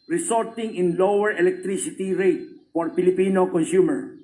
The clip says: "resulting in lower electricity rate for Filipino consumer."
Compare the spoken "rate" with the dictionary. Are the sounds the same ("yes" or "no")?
yes